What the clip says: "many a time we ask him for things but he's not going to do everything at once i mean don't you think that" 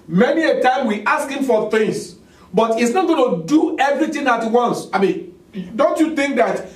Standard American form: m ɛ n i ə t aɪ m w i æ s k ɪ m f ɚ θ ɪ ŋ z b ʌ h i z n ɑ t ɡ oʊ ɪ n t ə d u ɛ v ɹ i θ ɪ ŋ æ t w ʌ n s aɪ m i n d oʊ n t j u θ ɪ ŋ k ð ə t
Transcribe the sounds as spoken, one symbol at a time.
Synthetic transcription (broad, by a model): m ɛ n i ə t aɪ m w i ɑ s k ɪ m f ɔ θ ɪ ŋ s b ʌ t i s n ɑ t ɡ oʊ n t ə d u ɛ v ɹ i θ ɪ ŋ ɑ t w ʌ n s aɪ m i n d oʊ n t j u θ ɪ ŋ k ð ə t